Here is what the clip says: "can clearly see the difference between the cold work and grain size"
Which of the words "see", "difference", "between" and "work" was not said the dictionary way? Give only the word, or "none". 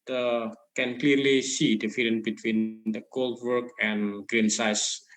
difference